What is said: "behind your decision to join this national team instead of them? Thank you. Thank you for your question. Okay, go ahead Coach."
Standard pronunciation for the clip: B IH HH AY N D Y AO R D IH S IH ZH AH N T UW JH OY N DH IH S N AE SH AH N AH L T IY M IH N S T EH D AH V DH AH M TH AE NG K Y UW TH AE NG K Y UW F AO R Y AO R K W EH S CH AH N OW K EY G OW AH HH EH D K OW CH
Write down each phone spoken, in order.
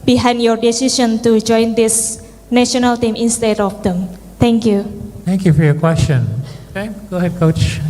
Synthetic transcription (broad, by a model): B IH HH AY N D Y AO R D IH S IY SH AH N T UW JH OY N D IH S N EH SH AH N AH L T IY M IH N S T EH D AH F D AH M T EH NG K Y UW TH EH NG K Y UW F AO R Y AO K W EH S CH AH N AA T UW G OW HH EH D K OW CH